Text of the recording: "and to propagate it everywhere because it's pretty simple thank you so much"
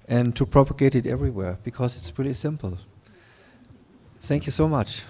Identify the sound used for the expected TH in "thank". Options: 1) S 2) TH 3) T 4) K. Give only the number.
2